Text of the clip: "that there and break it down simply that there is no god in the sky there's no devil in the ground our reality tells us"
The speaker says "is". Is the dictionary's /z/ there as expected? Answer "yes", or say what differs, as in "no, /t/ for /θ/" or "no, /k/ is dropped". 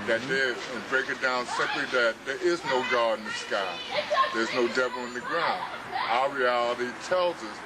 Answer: yes